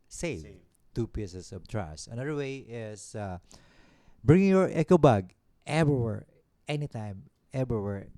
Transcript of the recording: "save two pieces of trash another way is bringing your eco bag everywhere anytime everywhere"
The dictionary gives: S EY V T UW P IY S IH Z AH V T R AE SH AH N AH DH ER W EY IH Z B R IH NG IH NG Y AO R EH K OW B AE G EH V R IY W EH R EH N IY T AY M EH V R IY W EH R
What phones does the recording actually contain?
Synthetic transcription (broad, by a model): S EY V T UW P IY S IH S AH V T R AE S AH N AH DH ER W EY IH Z B R IH NG IH NG Y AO R EH K OW B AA G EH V R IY W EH R EH N IY T AY M EH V R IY W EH R